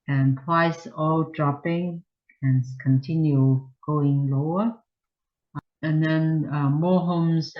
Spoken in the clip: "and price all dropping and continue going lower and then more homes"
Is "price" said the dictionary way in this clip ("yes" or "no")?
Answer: no